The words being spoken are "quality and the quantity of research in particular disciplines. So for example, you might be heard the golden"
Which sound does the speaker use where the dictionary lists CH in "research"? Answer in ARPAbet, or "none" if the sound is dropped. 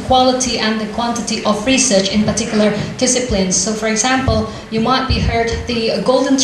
CH